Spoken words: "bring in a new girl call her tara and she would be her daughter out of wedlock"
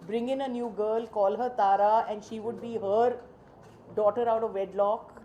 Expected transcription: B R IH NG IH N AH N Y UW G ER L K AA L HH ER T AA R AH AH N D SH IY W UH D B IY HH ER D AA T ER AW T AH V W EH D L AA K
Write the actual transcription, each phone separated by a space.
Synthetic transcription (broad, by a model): B R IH NG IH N AH N Y UW G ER L K AA L HH ER T AA R AH AH N D SH IY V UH D B IY HH ER D AA T ER AW T AH V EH D L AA K